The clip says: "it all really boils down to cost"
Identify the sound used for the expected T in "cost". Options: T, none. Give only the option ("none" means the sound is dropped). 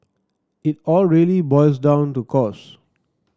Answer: none